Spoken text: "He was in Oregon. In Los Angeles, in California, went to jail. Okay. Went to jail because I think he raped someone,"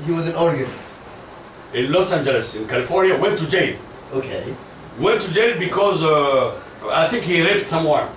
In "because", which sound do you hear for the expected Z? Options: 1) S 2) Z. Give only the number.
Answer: 2